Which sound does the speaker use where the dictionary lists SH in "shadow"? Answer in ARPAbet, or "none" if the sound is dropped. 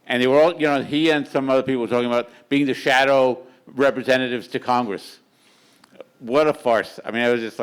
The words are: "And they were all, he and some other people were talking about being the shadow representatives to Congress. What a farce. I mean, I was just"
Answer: SH